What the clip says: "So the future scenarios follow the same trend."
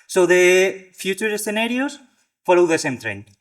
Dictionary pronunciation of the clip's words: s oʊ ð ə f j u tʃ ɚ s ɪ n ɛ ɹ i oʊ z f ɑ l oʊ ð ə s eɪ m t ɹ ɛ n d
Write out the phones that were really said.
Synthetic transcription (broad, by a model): s oʊ ð ə f j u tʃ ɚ s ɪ n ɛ ɹ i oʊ s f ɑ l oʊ ð ə s eɪ m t ɹ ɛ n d